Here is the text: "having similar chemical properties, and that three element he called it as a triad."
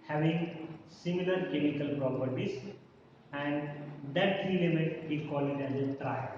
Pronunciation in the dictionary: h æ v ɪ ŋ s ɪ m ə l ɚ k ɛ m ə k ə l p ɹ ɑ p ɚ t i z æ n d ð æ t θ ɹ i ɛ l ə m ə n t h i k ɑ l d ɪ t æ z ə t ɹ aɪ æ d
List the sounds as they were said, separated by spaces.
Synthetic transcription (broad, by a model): h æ v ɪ ŋ s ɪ m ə l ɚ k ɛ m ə k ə l p ɹ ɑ p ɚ t i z æ n d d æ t t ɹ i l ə m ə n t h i k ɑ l ɪ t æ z ə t ɹ aɪ